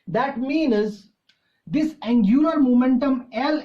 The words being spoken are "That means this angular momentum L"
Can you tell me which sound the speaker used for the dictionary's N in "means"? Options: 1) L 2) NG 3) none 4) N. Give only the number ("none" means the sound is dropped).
4